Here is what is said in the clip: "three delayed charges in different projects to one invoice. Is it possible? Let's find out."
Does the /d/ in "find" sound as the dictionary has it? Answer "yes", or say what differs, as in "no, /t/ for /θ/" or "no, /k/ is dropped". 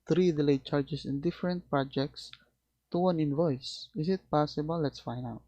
no, /d/ is dropped